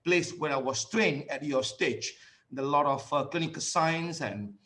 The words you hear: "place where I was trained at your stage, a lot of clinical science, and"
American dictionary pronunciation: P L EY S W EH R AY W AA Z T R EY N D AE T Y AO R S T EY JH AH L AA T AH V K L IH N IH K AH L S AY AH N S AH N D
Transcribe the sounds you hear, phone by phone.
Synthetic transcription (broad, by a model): P L EY S W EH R AY W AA S T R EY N AE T Y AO S T EY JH AH L AA T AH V K L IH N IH K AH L S AY AH N S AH N